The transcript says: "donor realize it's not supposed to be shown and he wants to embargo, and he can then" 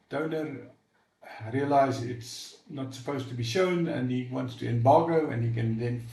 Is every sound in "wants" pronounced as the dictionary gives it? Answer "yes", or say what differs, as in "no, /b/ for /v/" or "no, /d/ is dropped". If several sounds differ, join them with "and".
yes